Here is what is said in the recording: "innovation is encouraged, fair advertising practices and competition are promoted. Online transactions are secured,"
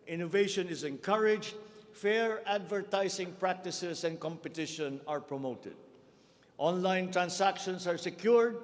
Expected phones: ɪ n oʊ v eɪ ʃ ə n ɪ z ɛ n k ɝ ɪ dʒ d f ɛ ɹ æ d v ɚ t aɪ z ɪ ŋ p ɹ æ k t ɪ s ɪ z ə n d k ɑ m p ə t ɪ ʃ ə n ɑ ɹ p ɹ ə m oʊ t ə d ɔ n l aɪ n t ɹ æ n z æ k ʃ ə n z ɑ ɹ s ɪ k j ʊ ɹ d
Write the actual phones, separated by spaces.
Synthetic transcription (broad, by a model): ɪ n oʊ v eɪ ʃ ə n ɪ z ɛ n k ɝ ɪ dʒ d f ɛ ɹ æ d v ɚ t aɪ s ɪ ŋ p ɹ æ k t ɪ s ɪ s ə n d k ɑ m p ə t ɪ ʃ ə n ɑ ɹ p ɹ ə m oʊ t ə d ɔ n l aɪ n t ɹ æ n s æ k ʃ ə n s ɑ ɹ s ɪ k j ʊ ɹ d